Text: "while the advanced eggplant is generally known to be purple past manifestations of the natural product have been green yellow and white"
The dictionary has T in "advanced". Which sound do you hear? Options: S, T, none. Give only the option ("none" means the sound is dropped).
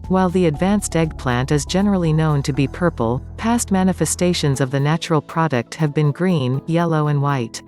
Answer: T